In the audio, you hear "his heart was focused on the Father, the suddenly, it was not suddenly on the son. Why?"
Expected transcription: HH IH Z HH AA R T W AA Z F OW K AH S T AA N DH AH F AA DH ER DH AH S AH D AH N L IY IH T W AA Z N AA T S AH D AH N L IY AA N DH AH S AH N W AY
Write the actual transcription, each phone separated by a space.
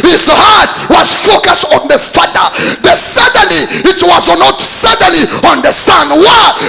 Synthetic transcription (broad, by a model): HH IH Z HH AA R T W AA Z F OW K AH S T AA N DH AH F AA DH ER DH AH S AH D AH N L IY IH T W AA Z N AA T S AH D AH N L IY AA N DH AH S AH N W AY